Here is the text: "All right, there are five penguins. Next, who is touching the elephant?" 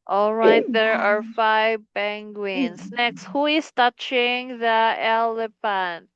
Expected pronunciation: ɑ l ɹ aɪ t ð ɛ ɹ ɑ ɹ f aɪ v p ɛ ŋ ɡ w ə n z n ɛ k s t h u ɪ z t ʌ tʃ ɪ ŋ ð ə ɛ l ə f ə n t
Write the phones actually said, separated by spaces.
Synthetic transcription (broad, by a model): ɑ l ɹ aɪ t ð ɛ ɹ ɑ ɹ f aɪ v b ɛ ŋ ɡ w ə n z n ɛ k s t h u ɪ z t ʌ tʃ ɪ ŋ ð ə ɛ l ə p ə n